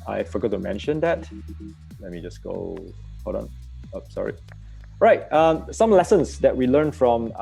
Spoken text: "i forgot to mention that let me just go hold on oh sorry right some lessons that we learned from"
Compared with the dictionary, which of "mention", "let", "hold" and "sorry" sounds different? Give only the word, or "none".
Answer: hold